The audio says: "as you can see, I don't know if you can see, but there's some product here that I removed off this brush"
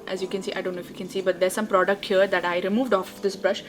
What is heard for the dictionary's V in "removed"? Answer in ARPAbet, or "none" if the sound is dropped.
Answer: V